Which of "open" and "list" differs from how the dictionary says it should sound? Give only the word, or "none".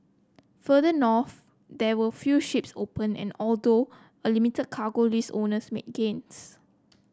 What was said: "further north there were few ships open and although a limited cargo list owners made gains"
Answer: list